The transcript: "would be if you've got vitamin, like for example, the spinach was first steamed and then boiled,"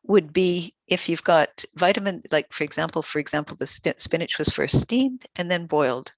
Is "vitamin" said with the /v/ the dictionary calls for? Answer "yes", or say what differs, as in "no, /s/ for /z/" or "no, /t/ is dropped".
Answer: yes